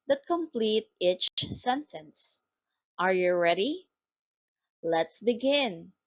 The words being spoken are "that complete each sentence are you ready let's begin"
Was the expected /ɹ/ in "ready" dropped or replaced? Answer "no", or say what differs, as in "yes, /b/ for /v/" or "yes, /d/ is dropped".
no